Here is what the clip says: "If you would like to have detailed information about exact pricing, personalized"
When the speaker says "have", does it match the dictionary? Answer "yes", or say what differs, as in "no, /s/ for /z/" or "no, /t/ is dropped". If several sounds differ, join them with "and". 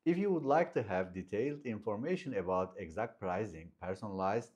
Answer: yes